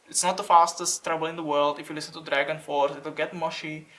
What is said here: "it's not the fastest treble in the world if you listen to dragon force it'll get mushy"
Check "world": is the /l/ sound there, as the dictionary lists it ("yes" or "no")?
yes